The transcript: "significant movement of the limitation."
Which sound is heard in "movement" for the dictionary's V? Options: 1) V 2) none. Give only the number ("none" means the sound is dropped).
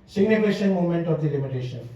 2